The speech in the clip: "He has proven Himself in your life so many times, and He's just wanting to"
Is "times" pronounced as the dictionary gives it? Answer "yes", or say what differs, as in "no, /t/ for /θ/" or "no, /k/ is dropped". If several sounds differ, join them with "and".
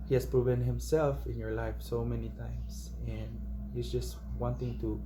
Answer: no, /s/ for /z/